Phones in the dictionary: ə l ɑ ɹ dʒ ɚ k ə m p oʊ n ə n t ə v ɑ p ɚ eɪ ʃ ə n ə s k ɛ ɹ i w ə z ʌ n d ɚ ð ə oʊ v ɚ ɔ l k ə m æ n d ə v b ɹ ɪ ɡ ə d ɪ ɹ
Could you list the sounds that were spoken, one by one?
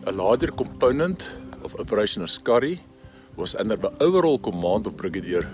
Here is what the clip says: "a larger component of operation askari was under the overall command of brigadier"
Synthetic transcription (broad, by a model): ə l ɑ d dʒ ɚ k ə m p oʊ n ə n t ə f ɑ p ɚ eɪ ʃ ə n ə s k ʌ ɹ i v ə s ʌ n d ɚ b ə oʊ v ɚ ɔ l k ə m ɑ n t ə f b ɹ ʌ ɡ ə d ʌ ɹ